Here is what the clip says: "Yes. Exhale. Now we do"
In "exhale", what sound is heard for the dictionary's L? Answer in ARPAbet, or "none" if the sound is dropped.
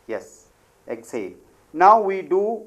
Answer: N